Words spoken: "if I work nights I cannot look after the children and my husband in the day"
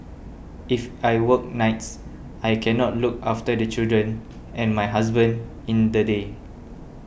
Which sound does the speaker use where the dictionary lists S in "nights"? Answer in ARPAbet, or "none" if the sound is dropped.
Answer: S